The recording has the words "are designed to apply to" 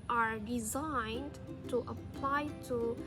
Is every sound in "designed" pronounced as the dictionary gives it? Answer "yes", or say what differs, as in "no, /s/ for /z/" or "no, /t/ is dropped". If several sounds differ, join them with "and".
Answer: yes